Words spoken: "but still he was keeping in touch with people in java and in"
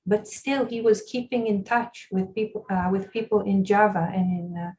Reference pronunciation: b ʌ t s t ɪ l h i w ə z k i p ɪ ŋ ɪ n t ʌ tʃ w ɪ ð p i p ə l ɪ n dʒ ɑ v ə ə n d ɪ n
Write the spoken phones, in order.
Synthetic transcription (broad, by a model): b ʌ t s t ɪ l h i w ə z k i p ɪ ŋ ɪ n t ʌ tʃ w ɪ ð p i p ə l ɪ n dʒ ɑ v ə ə n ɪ n